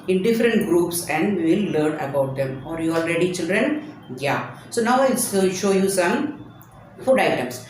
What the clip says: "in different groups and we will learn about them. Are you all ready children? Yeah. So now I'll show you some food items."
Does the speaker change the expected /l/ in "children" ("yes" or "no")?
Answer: no